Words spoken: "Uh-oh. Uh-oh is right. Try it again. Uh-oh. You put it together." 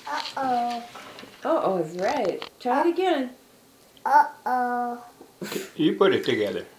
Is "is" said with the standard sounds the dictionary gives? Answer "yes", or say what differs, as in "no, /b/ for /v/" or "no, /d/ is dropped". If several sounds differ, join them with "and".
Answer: no, /s/ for /z/